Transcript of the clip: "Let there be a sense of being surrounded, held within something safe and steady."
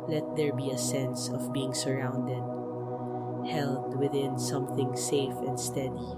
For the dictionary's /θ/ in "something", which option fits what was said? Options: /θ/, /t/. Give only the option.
/θ/